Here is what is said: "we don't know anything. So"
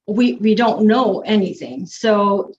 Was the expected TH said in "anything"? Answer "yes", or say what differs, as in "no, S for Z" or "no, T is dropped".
yes